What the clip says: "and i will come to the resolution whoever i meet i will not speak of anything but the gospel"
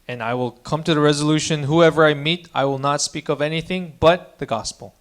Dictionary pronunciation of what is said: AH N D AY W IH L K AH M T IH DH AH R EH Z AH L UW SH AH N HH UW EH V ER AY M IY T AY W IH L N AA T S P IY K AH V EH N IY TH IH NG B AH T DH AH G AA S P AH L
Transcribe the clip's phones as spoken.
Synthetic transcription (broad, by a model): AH N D AY W IH L K AH M T IH DH AH R EH Z AH L UW SH AH N HH UW EH V ER AY M IY T AY W IH L N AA T S P IY K AH V EH N IY TH IH NG B AH T DH AH G AA S P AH L